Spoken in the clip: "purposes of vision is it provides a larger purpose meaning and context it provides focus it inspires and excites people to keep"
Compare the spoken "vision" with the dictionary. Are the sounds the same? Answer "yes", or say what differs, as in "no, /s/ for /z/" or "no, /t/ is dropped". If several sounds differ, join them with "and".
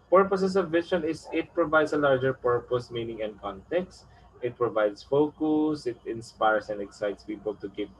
no, /s/ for /ʒ/